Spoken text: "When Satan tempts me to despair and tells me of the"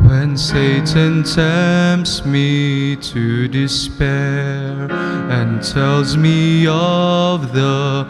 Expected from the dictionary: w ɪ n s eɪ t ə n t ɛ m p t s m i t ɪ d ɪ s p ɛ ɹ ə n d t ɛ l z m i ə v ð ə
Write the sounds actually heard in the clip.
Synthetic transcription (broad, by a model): w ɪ n s eɪ t ə n t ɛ m p s m i t ɪ d ɪ s p ɛ ɹ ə n t ɛ l z m i ə v ð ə